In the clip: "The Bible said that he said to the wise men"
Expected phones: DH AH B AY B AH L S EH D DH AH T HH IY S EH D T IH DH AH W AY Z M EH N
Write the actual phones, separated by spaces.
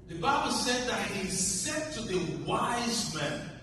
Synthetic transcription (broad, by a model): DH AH B AY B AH L S EH D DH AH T HH IY S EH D T IH DH AH W AY Z M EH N